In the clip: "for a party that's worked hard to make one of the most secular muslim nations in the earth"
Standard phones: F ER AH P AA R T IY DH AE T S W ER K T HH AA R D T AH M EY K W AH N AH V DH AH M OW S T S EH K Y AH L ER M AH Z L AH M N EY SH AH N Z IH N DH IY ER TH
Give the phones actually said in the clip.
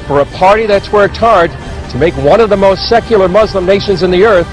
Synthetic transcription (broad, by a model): F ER AH P AA R T IY DH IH T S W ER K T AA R D T AH M EY K W AH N AH V DH AH M OW S T S EH K Y L ER M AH Z L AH M N EY SH AH N Z IH N DH IY ER TH